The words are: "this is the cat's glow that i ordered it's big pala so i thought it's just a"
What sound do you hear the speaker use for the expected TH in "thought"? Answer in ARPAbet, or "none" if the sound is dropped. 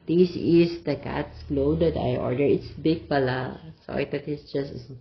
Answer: T